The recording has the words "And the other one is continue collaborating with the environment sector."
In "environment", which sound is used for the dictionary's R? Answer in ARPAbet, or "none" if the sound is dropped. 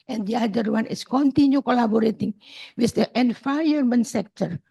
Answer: none